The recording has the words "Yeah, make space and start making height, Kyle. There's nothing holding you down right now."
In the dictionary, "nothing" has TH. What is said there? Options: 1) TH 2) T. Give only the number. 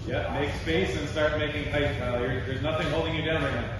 1